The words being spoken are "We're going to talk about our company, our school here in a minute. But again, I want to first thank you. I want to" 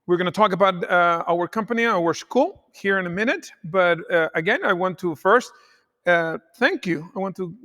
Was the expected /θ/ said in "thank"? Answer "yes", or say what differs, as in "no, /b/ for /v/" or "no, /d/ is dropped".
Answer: yes